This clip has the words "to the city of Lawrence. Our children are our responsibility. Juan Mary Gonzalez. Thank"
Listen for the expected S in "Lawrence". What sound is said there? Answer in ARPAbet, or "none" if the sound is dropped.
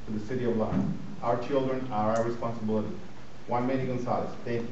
none